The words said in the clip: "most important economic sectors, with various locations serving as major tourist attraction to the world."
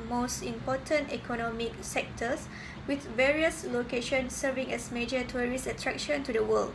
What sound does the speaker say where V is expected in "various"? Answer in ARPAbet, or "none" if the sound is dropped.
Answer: V